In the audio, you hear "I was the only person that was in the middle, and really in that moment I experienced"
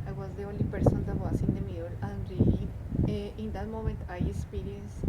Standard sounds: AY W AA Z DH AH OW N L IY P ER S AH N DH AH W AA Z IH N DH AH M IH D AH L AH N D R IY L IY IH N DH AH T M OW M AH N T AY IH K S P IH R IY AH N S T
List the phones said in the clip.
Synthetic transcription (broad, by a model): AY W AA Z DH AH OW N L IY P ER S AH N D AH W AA S IH N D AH M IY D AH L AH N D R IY IY IH N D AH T M OW M AH N T AY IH K S P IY R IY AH N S